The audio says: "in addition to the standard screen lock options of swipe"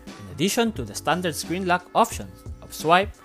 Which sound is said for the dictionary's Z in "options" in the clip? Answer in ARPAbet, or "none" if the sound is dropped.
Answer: none